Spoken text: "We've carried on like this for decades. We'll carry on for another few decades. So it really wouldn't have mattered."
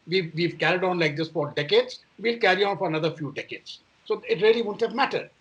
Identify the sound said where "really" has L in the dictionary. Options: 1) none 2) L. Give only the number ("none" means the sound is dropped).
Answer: 1